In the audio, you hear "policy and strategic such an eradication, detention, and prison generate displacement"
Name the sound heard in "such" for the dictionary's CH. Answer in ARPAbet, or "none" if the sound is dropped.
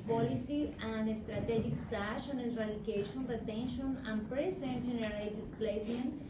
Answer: SH